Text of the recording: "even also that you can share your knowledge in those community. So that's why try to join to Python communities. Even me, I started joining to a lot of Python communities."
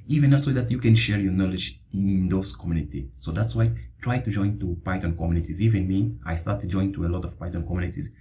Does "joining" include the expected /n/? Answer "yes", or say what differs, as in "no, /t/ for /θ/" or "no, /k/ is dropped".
no, /n/ is dropped